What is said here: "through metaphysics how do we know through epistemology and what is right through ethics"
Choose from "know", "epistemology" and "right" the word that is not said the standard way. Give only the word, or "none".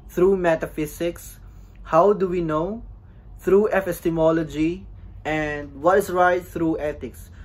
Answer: epistemology